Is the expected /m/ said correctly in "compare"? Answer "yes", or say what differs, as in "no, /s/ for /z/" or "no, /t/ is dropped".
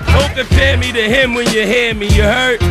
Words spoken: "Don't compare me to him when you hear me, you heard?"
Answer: no, /m/ is dropped